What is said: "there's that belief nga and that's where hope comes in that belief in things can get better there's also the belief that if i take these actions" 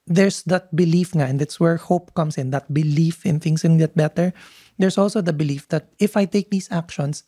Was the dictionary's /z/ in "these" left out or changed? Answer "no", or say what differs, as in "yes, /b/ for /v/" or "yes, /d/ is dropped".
yes, /s/ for /z/